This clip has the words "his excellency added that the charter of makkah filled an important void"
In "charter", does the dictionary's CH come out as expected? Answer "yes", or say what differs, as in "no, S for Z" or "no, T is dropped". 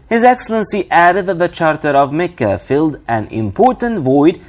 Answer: yes